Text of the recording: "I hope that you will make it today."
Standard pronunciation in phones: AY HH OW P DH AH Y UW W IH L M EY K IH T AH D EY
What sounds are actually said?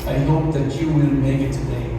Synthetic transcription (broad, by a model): AY HH OW P DH AH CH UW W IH N M EY K IH T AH D EY